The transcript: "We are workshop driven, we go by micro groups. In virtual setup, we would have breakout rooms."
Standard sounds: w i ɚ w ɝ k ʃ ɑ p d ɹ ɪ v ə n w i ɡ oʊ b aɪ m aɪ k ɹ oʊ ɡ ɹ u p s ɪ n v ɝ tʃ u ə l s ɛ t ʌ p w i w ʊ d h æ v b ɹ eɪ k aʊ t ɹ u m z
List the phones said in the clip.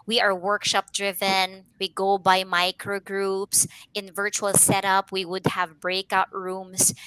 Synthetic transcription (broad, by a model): w i ɚ w ɝ k ʃ ɑ p d ɹ ɪ v ə n w i ɡ oʊ b aɪ m aɪ k ɹ oʊ ɡ ɹ u p s ɪ n v ɝ tʃ u ə l s ɛ t ʌ p w i w ʊ d h æ v b ɹ eɪ k aʊ t ɹ u m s